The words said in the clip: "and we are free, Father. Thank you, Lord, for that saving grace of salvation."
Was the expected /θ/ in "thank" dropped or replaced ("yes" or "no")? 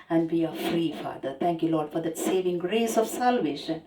yes